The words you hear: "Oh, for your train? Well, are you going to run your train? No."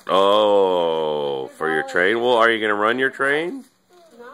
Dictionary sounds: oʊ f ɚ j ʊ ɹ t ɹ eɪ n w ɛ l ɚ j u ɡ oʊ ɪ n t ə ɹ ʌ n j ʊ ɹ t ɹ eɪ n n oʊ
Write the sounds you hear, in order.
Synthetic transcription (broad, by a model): oʊ f ɚ j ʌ ɹ t ɹ eɪ n w ɛ l ɚ j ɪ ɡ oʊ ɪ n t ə ɹ ʌ n j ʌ ɹ t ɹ eɪ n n